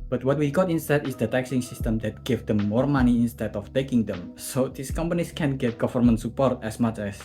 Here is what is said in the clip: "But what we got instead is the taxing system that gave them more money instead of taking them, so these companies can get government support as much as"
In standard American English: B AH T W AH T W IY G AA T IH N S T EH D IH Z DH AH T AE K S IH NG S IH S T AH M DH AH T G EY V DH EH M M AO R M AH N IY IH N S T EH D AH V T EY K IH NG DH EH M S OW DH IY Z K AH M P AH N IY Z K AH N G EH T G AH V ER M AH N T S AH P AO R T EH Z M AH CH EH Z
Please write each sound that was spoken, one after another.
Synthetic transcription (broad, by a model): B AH T W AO T W IY G AA T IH N S T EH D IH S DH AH T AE K S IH NG S IH S T AH M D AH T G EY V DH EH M M AO R M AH N IY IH N S T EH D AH F T EY K IH NG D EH M S OW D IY S K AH M P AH N IY S K AH N G EH T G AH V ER M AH N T S AH P AO R T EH S M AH CH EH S